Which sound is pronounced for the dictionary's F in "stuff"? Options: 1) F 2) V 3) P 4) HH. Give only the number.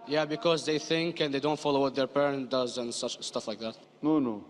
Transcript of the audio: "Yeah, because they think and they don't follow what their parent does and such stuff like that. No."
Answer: 1